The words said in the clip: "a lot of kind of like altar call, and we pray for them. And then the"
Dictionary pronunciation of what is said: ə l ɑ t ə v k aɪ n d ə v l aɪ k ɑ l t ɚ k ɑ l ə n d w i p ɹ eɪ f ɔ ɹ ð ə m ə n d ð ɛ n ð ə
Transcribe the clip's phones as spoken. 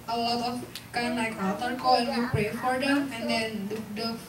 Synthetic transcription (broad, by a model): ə l ɑ t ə f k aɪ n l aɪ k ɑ t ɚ k ɑ l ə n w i p ɹ eɪ f ɔ ɹ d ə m ə n d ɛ n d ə